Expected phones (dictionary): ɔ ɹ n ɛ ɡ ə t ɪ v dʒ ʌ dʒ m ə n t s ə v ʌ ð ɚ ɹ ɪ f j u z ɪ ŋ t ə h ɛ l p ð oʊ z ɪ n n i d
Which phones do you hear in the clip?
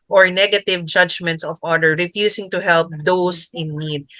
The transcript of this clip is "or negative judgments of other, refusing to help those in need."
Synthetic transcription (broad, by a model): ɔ ɹ n ɛ ɡ ə t ɪ v dʒ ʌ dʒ m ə n t s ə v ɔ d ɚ ɹ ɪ f j u s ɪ ŋ t ə h ɛ l p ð oʊ s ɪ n n i d